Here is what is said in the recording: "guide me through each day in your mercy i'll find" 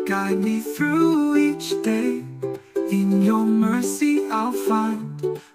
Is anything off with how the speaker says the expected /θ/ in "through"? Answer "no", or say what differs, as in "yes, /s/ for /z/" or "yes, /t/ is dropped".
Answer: no